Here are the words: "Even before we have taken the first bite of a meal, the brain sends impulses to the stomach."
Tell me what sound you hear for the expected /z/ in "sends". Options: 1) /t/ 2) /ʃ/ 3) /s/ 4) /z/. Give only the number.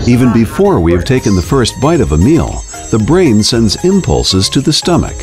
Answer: 4